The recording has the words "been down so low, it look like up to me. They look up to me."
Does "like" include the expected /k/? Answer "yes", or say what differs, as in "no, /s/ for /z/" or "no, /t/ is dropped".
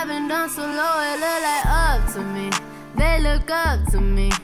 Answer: no, /k/ is dropped